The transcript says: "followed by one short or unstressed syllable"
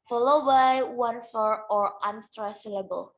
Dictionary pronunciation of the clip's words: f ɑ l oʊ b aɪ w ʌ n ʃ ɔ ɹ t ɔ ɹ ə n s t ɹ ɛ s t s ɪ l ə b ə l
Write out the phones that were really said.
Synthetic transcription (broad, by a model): f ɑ l oʊ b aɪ w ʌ n s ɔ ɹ ɔ ɹ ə n s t ɹ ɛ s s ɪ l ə b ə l